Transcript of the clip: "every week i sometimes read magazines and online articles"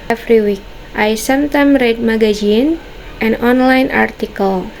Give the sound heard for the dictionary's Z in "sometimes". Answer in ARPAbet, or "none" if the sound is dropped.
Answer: none